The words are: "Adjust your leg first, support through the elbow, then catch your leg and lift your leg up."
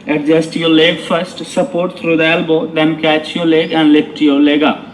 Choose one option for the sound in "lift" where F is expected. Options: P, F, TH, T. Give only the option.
P